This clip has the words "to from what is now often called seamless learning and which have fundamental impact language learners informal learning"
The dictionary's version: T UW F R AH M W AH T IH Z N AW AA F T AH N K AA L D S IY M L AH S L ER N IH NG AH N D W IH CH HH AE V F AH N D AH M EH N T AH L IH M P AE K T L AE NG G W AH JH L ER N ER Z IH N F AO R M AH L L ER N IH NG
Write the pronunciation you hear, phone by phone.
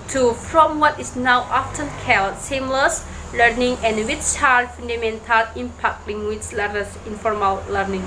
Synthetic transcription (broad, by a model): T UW F R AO M W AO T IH S N AW AA F T AH N K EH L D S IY M L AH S L ER N IH NG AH N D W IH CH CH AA F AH N D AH M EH N T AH L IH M P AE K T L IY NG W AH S L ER ER S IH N F AO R M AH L L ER N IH NG